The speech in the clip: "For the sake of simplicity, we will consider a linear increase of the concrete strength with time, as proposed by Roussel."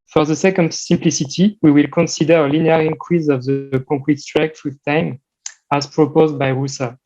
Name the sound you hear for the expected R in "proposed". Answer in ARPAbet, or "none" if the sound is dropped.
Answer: R